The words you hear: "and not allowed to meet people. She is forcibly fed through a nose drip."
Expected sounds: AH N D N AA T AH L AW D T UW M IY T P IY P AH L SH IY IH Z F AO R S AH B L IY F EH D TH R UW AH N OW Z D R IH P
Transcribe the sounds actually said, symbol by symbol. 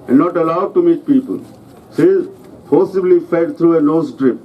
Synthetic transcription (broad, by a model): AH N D N AA T AH L AW D T UW M IY T P IY P AH L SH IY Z P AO S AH B L IY F EH D T R UW AH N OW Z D R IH P